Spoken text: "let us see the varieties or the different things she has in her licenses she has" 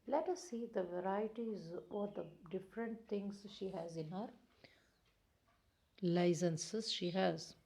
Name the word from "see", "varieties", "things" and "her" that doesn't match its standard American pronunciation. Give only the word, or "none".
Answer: things